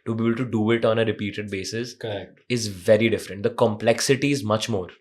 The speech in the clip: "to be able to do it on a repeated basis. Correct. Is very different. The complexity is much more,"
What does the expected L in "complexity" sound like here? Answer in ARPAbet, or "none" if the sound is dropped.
L